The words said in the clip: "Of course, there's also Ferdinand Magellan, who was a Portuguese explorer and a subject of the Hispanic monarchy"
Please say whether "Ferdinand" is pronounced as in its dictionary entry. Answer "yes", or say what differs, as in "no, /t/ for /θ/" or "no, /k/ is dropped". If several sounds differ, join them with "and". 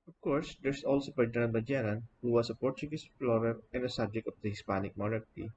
no, /p/ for /f/